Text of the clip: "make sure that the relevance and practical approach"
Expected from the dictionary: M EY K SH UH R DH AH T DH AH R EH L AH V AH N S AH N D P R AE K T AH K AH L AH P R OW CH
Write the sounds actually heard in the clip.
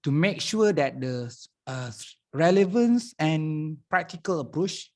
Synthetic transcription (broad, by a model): M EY K SH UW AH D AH T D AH R EH L AH V AH N S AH N P R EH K T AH K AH L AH P R OW CH